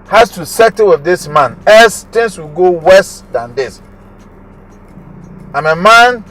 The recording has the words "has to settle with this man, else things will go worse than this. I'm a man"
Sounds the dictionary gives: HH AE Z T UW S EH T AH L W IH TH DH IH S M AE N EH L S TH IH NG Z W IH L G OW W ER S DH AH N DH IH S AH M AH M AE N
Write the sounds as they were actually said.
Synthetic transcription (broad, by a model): HH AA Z T UW S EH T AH W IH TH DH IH S M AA N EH S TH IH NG S W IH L G OW W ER S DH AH N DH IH S AH M AH M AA N